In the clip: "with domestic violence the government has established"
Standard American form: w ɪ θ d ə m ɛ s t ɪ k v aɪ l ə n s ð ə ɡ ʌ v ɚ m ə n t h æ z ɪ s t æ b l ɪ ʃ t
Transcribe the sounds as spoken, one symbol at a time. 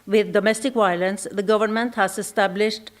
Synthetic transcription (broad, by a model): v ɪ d d ə m ɛ s t ɪ k v aɪ l ə n s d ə ɡ ʌ v ɚ m ə n t h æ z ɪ s t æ b l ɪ ʃ t